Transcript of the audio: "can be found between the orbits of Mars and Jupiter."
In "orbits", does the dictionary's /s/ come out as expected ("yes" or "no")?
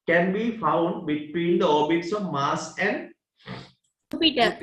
yes